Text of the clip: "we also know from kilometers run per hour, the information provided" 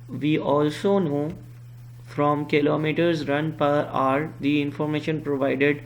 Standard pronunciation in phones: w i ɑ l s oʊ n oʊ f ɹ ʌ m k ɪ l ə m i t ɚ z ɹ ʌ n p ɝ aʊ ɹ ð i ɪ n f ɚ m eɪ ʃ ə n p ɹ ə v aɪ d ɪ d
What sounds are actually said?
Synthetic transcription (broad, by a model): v i ɑ l s oʊ n oʊ f ɹ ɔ m k ɪ l ə m i t ɚ z ɹ ʌ n p ɝ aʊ ɹ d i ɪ n f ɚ m eɪ ʃ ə n p ɹ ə v aɪ d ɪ d